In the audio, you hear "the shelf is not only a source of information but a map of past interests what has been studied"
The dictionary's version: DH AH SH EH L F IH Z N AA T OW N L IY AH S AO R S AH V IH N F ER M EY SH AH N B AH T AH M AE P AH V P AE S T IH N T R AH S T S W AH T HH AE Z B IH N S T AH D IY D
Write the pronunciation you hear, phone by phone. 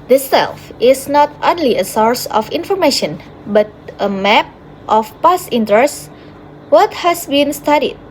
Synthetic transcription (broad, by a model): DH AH S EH L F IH S N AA T OW N L IY AH S AO R S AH F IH N F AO M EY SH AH N B AH T AH M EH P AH F P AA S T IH N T R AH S S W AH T HH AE S B IH N S T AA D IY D